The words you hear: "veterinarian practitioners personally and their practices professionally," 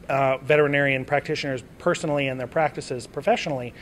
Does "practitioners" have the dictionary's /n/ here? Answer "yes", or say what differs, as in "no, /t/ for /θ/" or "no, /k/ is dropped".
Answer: yes